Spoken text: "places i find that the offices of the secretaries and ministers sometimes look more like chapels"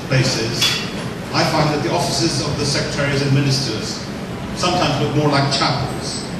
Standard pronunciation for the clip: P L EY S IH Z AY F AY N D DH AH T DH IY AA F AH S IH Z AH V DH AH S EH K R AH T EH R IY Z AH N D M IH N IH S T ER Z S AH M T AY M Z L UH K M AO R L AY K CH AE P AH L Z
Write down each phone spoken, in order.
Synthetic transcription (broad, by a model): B EY S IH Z AY F AY N DH AH T DH IY AA F AH S IH Z AH V DH AH S EH K R AH T EH R IY Z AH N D M IH N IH S T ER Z S AH M T AY M Z L UH K M AO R L AY K CH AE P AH L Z